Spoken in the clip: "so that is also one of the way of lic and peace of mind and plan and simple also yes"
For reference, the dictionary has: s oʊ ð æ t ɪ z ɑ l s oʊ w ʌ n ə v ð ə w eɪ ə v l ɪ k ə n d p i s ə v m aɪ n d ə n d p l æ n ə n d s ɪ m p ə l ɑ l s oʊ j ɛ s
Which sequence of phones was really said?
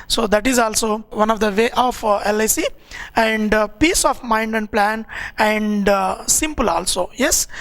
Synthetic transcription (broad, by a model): s oʊ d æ t ɪ z ɑ l s oʊ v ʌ n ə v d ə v eɪ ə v l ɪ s ə n d p i s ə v m aɪ n d ə n d p l æ n ə n d s ɪ m p ə l ɑ l s oʊ j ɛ s